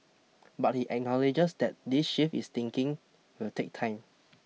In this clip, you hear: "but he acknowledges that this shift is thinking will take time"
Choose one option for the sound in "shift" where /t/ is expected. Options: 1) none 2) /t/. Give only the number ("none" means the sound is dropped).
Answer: 1